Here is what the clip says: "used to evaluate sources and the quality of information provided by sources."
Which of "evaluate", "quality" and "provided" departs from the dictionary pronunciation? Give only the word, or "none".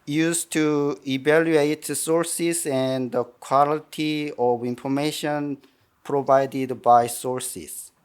none